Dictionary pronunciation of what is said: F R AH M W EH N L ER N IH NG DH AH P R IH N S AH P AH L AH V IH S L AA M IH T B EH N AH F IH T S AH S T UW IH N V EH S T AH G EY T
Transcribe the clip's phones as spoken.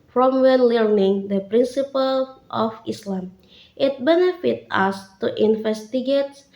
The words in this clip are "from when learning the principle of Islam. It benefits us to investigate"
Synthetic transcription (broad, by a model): F R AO M W EH N L ER N IH NG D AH P R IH N S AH P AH L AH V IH S L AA M IH T B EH N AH F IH T AA S T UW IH N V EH S T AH G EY T